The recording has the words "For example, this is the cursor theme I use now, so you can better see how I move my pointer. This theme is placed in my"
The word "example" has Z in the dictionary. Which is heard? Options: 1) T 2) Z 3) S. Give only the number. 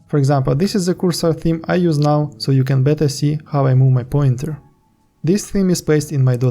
2